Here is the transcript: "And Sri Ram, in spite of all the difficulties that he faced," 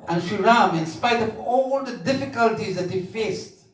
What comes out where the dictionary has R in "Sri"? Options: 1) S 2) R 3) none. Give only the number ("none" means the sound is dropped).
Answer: 3